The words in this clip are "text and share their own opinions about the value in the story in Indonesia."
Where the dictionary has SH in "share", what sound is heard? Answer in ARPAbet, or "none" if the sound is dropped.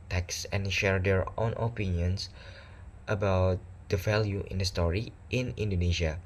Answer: SH